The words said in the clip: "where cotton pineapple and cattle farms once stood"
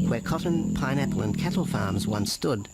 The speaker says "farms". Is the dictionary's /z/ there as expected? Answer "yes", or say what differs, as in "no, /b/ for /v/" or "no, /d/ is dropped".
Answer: yes